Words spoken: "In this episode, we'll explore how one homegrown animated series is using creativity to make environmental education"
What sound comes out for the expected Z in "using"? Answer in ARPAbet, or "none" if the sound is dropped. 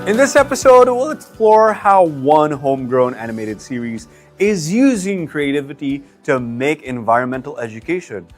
Z